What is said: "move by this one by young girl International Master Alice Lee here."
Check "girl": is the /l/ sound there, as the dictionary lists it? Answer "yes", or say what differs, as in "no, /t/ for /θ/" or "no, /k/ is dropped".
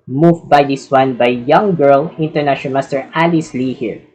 yes